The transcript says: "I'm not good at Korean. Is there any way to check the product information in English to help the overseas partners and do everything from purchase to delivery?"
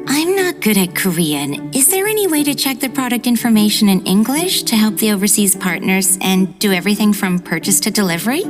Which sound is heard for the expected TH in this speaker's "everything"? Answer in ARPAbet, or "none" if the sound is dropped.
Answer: TH